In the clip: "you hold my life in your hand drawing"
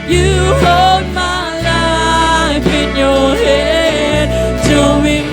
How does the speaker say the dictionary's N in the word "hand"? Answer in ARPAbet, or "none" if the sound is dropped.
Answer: none